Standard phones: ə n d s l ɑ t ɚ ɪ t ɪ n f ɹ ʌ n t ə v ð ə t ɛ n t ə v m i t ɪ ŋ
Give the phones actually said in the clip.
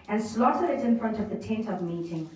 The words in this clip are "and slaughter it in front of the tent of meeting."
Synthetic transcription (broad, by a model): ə n s l ɑ t ɚ ɪ t ɪ n f ɹ ʌ n t ə v ð ə t ɛ n t ə v m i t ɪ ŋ